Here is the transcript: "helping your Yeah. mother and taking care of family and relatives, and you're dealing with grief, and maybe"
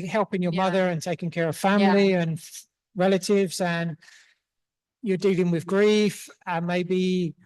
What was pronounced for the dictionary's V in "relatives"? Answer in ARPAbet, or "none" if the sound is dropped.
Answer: V